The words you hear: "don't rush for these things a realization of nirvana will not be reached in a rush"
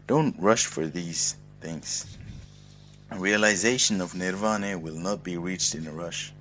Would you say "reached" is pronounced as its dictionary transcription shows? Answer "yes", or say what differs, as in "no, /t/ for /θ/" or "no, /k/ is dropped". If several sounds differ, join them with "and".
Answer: yes